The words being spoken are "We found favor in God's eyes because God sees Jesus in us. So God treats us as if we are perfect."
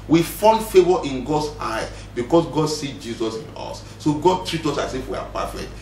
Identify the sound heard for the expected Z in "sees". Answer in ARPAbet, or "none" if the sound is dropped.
none